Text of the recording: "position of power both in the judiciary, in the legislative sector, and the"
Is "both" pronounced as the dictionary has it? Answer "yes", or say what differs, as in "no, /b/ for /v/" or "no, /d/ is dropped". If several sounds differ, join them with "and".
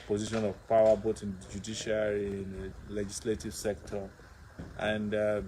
no, /t/ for /θ/